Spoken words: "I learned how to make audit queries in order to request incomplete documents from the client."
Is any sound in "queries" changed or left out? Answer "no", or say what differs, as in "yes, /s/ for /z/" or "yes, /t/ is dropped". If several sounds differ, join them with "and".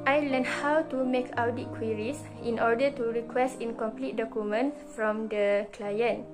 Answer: yes, /s/ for /z/